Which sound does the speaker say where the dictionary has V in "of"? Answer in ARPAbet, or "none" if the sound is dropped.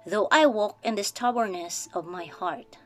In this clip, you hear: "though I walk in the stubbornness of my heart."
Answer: V